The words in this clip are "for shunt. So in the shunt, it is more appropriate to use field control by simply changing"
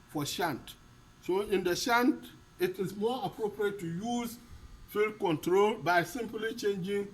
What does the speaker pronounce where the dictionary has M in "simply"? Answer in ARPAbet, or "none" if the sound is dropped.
M